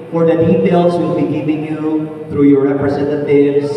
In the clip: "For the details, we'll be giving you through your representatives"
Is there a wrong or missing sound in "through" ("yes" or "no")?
no